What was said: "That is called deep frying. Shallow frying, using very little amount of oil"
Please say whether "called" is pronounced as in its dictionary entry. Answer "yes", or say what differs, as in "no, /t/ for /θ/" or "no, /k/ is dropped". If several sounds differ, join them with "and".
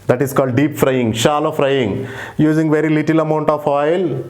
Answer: yes